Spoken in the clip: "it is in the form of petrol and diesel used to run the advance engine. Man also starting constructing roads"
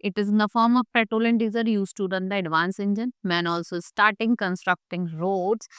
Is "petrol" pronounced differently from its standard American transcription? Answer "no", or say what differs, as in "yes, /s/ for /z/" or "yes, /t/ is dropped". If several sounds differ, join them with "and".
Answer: yes, /ɹ/ is dropped